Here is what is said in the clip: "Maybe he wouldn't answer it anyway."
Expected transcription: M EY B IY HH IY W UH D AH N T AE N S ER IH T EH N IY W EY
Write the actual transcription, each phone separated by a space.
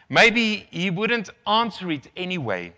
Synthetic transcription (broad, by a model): M EY B IY HH IY W UH D AH N T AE N S ER IH T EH N IY W EY